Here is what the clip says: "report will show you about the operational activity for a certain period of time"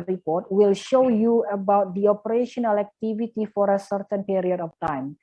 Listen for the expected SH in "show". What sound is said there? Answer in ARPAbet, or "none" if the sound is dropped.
SH